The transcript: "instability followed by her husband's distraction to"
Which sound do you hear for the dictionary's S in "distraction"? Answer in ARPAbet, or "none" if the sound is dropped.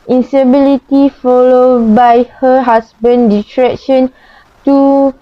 none